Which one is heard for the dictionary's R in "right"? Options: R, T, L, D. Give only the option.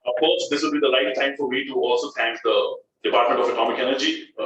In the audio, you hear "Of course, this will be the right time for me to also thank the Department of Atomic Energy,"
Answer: L